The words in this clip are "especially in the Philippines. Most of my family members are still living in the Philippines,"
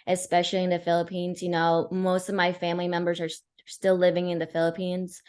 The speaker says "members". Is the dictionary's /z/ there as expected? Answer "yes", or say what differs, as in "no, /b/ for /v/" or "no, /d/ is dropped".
yes